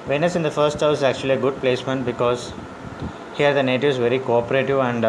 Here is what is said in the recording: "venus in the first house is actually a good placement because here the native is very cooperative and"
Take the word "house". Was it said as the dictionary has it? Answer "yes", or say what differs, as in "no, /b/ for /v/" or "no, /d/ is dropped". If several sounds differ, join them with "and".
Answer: no, /s/ is dropped